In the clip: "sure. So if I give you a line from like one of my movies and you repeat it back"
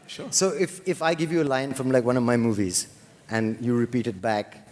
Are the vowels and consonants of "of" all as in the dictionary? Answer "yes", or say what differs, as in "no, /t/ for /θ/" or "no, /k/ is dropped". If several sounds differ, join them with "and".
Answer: yes